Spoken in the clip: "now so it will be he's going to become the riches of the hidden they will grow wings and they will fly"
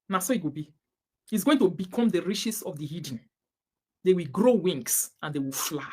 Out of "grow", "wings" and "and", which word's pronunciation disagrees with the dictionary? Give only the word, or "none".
wings